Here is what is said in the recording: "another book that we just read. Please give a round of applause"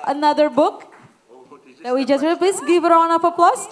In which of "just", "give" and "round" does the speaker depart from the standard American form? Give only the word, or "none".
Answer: round